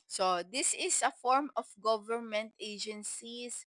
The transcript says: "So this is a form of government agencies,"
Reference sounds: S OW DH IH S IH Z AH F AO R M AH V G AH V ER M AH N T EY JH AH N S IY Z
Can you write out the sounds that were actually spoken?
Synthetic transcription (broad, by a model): S OW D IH S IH S AH F AO R M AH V G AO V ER M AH N T EY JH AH N S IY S